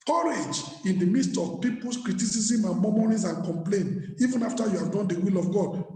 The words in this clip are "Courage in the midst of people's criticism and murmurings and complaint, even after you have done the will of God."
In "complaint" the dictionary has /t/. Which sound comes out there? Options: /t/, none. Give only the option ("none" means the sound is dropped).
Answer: none